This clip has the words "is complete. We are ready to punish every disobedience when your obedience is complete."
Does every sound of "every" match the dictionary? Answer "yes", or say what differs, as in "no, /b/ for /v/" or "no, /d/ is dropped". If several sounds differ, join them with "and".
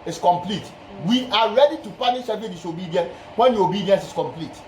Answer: no, /ɹ/ is dropped